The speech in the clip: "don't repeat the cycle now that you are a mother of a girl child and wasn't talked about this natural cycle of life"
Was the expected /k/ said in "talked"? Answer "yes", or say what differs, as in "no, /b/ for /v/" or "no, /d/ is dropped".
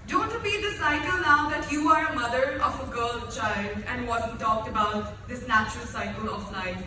yes